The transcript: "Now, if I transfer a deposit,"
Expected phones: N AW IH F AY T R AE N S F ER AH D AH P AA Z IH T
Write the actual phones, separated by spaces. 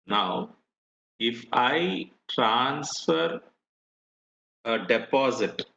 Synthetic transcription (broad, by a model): N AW IH F AY T R AE N S F ER AH D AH P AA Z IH T